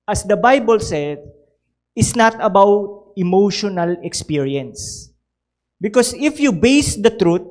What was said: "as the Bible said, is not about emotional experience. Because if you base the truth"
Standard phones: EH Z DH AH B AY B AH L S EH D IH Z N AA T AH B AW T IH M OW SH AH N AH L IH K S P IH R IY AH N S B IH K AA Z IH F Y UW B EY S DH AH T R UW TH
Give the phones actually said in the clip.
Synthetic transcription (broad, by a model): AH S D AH B AY B AH L S EH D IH S N AA T AH B AW T IH M OW SH AH N AH L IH K S P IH R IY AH N S B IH K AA S IH F Y UW B EY S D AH T R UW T